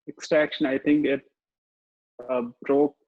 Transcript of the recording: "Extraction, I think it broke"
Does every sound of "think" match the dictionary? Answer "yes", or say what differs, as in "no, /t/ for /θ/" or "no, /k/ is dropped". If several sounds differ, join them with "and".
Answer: no, /t/ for /θ/